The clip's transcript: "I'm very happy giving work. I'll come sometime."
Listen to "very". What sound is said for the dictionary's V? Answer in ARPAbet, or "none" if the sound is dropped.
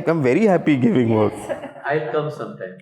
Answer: V